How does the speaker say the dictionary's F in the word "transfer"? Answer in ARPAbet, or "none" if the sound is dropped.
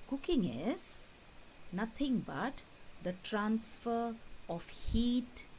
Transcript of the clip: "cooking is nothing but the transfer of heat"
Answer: F